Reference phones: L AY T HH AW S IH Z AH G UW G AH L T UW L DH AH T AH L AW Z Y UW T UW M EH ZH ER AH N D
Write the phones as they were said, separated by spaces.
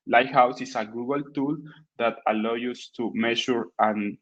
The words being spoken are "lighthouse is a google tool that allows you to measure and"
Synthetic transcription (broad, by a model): L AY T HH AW S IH S AH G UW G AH L T UW L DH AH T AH L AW Y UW T UW M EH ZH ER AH N